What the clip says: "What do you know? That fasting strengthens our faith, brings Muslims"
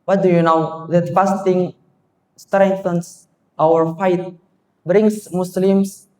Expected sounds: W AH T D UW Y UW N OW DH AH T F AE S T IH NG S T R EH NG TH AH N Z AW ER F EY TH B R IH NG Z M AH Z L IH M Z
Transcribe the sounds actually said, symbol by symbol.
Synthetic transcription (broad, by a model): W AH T D UW Y UW N OW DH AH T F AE S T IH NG S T R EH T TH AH N S AW ER F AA T B R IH NG S M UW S L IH M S